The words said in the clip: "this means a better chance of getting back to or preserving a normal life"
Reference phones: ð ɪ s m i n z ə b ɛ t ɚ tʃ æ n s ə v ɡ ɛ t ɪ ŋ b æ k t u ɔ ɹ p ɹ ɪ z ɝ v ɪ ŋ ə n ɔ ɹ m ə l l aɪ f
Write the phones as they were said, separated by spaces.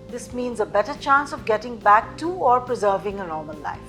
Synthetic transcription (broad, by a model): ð ɪ s m i n z ə b ɛ t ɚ tʃ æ n s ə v ɡ ɛ t ɪ ŋ b æ k t u ɔ ɹ p ɹ ɪ z ɝ v ɪ ŋ ə n ɔ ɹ m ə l l aɪ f